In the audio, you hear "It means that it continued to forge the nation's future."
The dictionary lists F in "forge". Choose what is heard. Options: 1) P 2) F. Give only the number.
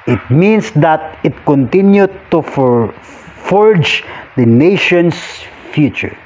2